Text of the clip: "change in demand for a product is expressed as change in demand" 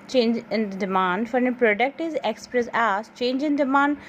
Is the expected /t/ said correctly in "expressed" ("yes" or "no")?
no